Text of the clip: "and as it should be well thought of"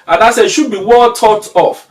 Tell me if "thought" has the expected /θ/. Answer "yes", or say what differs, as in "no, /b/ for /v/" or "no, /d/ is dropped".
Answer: no, /t/ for /θ/